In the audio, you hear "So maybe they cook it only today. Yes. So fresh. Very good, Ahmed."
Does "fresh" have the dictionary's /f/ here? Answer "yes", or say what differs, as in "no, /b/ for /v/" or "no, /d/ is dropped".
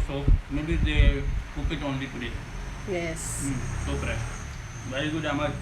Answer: no, /p/ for /f/